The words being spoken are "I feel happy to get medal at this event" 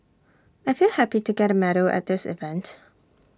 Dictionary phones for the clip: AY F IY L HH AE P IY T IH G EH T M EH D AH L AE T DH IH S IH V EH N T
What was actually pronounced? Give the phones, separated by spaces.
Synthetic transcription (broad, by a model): AY F IY L HH AE P IY T IH G EH T M EH D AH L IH T DH IH S IH V EH N T